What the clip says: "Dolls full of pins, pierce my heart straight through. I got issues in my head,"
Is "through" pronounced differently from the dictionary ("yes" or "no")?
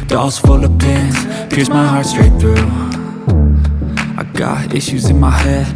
no